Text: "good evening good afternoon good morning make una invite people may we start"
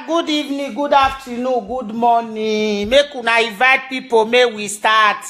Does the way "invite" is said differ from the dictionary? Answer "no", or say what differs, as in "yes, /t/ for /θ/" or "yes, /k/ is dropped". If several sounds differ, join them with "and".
yes, /n/ is dropped